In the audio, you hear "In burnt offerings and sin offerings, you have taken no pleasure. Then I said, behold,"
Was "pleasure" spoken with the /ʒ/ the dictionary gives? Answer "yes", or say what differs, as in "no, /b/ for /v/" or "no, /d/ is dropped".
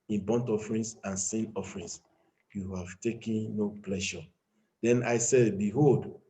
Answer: no, /ʃ/ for /ʒ/